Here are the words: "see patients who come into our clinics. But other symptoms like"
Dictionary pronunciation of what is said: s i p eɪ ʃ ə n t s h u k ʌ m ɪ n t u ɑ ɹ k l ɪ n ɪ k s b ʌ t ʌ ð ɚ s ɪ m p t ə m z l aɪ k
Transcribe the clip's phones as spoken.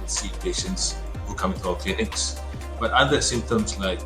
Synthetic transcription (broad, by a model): s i p eɪ ʃ ə n t s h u k ʌ m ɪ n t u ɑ l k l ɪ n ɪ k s b ʌ t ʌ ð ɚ s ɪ m p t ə m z l aɪ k